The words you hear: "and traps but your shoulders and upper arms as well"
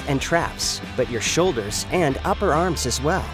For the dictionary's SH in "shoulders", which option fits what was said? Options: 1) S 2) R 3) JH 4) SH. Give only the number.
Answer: 4